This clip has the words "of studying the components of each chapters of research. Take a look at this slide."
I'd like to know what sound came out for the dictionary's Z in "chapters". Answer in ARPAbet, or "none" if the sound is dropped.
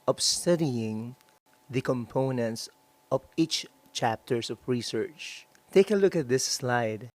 S